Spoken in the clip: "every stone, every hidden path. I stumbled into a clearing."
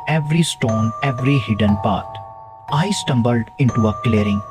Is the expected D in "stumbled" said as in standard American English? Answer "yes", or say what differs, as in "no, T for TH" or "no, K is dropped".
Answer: yes